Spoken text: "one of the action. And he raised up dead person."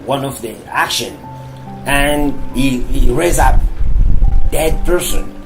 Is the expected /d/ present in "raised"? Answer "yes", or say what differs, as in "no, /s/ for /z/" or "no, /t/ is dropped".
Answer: no, /d/ is dropped